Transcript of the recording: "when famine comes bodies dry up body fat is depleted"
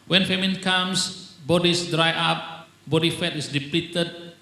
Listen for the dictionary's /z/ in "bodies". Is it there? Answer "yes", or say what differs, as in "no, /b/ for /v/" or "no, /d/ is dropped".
no, /s/ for /z/